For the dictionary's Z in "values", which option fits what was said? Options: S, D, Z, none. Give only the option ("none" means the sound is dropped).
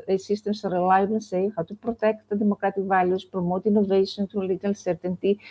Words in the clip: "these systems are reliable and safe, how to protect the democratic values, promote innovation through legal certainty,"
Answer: S